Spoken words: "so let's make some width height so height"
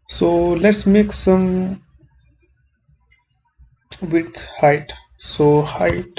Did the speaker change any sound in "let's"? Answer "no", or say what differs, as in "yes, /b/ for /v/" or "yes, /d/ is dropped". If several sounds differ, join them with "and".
no